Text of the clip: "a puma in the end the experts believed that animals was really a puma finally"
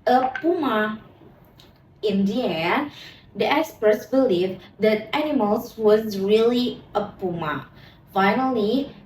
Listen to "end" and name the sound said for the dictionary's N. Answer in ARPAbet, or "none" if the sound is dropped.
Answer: none